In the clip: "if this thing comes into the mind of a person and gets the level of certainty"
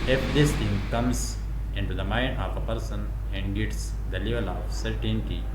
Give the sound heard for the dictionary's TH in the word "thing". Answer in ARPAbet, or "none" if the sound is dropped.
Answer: T